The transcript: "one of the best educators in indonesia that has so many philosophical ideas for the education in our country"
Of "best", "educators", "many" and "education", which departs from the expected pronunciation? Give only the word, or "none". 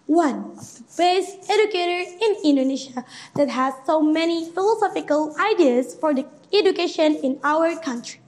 educators